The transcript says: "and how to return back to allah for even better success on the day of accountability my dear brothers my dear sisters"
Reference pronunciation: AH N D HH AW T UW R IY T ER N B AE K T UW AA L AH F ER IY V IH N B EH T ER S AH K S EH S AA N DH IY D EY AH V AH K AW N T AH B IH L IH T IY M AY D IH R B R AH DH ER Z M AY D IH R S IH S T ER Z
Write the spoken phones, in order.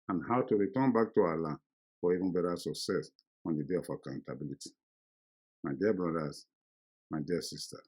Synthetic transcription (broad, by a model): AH N HH AW T UW R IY T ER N B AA K T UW AA L AH F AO IY V IH N B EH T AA S AH K S EH S AA N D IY D EY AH F AH K AW N T AH B IH L IH T IY M AY D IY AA B R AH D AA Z M AY D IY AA S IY S T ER